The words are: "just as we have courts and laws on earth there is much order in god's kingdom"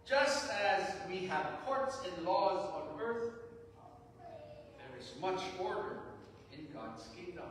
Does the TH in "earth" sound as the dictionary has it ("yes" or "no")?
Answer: yes